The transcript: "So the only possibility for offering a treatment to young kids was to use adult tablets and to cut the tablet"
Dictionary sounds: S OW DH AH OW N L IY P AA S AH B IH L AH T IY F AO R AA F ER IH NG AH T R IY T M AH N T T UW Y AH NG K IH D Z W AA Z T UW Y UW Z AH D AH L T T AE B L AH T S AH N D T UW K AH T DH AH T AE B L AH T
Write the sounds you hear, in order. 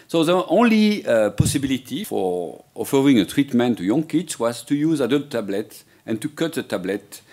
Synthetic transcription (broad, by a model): S OW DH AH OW N L IY P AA S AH B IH L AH T IY F AO R AA F ER IH NG AH T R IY T M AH N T T UW Y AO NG K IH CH W AA Z T UW Y UW Z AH D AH L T T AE B L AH T AH N T UW K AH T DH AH T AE B L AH T